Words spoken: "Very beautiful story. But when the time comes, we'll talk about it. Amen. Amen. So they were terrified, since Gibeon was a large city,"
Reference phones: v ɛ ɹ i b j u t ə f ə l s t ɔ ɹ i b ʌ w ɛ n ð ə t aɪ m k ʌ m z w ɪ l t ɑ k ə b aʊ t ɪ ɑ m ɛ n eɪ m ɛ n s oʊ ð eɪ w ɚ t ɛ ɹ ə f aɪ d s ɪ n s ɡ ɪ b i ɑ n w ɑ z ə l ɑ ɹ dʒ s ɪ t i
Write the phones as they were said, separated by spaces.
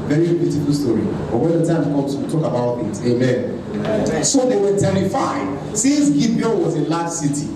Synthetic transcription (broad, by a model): v ɛ ɹ i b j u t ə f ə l s t ɔ ɹ i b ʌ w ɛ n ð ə t aɪ m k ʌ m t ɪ t ɑ k ə b aʊ t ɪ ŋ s eɪ m ɛ n s oʊ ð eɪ w ɚ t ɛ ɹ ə f aɪ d s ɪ n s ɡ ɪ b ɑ l w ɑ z ə l ɑ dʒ s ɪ t i